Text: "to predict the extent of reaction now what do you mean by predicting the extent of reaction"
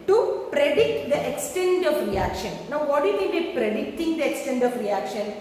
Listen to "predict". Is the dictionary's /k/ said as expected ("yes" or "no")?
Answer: yes